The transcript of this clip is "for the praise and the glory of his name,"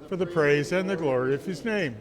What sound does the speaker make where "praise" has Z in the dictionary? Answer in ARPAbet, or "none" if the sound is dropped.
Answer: Z